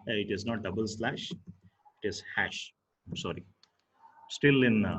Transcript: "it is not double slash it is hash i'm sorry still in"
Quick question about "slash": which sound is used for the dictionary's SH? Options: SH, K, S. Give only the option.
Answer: SH